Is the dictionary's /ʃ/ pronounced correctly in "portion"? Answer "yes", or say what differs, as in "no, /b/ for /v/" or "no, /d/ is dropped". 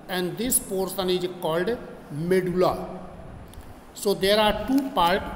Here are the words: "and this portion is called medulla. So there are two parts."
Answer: no, /s/ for /ʃ/